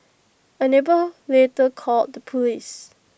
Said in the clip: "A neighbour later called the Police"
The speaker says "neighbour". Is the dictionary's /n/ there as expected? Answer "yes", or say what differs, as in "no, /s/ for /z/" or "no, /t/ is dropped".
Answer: yes